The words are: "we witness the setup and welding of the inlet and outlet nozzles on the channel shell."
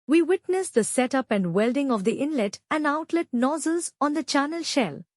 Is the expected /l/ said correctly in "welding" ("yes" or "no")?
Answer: yes